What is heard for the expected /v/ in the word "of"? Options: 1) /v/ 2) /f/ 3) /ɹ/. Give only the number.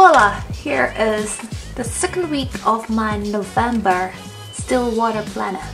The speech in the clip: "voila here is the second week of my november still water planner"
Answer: 1